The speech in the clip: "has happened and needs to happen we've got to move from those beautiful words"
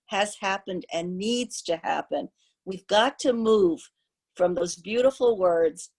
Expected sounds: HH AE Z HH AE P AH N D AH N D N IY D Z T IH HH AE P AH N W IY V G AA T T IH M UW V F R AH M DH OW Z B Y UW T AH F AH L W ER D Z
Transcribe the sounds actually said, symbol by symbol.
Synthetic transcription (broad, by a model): HH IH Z HH AE P AH N D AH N N IY D Z T IH HH AE P AH N W IY V G AA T T IH M UW V F R AH M DH OW Z B Y UW T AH F L W ER D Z